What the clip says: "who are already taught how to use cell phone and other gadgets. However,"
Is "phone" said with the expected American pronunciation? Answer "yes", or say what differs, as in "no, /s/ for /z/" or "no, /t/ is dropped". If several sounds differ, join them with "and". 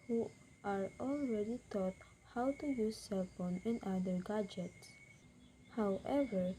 no, /p/ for /f/